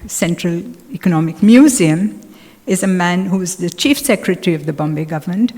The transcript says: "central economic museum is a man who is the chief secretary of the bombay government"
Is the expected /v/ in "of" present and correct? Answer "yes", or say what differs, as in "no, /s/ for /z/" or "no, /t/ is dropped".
yes